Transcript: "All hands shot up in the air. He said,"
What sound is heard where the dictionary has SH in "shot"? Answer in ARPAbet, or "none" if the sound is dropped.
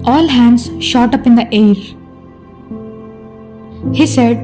SH